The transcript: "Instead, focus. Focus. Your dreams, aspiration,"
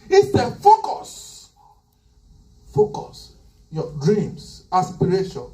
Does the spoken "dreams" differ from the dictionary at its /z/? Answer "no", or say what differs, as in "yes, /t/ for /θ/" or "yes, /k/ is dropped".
yes, /s/ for /z/